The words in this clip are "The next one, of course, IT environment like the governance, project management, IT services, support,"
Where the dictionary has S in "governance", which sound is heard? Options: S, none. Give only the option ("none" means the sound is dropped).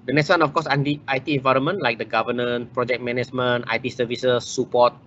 none